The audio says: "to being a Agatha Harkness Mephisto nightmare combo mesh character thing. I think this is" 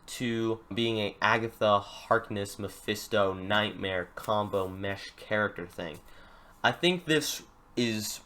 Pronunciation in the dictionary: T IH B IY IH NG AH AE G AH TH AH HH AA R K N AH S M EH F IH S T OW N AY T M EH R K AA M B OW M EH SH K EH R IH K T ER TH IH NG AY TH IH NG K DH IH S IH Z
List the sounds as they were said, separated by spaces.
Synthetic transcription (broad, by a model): T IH B IY IH NG AH AE G AH TH AH HH AA R K N AH S M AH F IH S T OW N AY T M EH R K AA M B OW M EH SH K EH R IH K T ER TH IH NG AY TH IH NG K DH IH S IH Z